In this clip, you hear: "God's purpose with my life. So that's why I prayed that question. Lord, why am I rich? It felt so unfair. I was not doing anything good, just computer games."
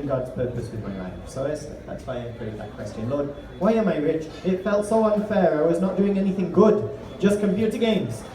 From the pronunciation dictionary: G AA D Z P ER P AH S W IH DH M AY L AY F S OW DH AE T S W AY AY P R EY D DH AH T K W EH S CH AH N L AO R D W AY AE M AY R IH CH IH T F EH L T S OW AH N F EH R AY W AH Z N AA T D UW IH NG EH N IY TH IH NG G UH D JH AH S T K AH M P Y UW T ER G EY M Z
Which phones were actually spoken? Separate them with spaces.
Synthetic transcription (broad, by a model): G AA D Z P ER P AH S W IH DH M AY L AY F S OW DH AE T S W AY AY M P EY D DH AH T K W EH S CH AH N L AO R D W AY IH M AY R IH CH IH T F EH L T S OW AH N F EH R AY W AH Z N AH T D UW IH NG EH N IY TH IH NG G UH D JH AH S K AH M P Y UW T ER G EY M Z